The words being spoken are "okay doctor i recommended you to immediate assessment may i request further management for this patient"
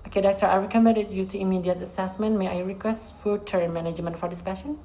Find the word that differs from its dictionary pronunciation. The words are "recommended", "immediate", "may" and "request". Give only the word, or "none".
recommended